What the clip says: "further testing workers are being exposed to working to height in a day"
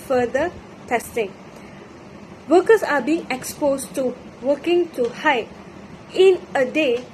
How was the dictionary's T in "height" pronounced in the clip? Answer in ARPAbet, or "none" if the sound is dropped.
none